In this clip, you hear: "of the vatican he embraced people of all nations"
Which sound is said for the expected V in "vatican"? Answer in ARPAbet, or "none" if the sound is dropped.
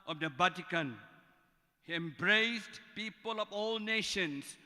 B